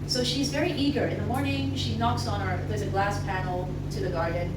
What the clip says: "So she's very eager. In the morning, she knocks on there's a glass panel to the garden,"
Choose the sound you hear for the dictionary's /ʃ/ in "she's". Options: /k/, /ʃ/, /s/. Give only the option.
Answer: /ʃ/